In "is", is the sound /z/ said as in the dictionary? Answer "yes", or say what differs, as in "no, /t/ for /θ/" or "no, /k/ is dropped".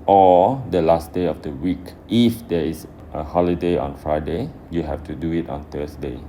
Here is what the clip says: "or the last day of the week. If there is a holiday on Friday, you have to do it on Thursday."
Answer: no, /s/ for /z/